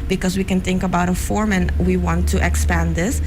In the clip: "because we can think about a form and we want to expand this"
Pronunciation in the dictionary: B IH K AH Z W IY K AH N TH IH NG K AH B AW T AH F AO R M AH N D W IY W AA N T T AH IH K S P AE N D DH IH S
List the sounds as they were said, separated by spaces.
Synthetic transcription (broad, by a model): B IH K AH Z W IY K AH N TH IH NG K AH B AW T AH F AO R M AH N W IY W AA N T T AH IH K S P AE N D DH IH S